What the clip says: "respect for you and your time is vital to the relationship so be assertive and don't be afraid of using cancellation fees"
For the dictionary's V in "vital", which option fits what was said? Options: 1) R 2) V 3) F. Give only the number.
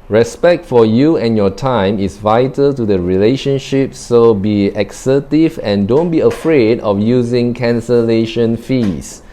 2